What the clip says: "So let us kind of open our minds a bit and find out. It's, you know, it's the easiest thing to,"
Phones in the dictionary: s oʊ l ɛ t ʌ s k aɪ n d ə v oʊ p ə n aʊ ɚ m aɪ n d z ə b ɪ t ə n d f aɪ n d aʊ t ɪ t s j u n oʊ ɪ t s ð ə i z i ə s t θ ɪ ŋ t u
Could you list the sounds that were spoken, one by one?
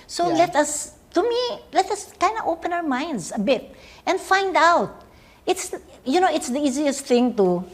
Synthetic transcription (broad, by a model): s oʊ l ɛ t ʌ s k aɪ n d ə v oʊ p ə n aʊ ɚ m aɪ n d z ə b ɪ t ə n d f aɪ n d aʊ t ɪ t s j u n oʊ ɪ t s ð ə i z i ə s t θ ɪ ŋ t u